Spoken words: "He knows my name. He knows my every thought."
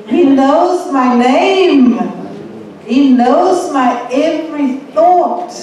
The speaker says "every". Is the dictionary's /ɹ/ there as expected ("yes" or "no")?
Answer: yes